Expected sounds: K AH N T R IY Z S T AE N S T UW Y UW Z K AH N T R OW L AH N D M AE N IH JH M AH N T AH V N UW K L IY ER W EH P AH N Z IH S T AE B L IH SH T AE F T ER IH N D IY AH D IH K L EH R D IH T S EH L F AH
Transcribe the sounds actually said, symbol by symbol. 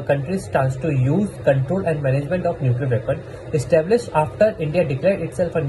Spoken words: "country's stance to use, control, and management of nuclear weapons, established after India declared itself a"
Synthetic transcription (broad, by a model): K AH N T R IY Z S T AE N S T UW Y UW Z K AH N T R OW L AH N D M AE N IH JH M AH N T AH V N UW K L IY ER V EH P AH N IH S T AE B L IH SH T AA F T ER IH N D IY AH D IH K L EH R D IH T S EH L F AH